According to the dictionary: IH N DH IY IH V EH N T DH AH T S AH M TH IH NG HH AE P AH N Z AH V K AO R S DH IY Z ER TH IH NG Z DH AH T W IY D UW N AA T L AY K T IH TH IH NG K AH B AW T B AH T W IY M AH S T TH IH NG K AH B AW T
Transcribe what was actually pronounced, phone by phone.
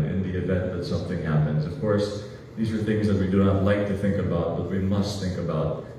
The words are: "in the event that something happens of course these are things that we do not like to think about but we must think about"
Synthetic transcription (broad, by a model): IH N DH IY IH V EH N T DH AH T S AH M TH IH NG HH AE P AH N Z AH V K AO R S DH IY Z ER TH IH NG Z DH AH T W IY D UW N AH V L AY K T IH TH IH NG K AH B AW T B AH T W IY M AH S T TH IH NG K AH B AW T